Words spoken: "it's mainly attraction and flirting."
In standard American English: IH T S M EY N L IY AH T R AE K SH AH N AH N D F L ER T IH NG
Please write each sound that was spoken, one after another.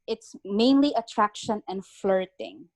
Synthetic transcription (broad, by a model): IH T S M EY N L IY AH T R AE K SH AH N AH N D F L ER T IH NG